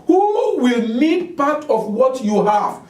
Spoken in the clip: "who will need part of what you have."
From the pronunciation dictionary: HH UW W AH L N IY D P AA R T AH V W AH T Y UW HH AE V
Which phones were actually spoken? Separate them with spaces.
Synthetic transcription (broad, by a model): HH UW W AH L L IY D P AA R T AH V W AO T Y UW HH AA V